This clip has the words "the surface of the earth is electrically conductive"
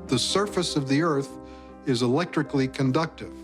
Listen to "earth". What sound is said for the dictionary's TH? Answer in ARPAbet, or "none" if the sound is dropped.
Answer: TH